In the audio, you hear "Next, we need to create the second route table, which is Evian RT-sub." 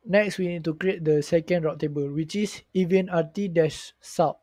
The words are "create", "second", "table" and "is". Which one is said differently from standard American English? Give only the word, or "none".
is